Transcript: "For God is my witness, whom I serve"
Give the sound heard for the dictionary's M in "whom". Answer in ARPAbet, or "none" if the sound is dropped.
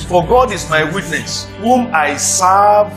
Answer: M